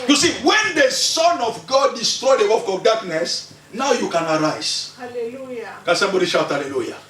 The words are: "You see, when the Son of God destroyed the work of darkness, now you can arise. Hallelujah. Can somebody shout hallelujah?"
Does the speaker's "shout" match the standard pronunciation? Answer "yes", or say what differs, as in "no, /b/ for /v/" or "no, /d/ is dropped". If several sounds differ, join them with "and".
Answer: yes